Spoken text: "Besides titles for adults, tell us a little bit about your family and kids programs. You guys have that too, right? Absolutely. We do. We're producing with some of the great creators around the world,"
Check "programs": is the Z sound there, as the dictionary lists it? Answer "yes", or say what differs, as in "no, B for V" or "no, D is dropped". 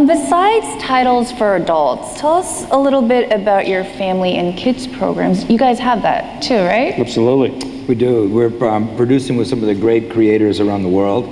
yes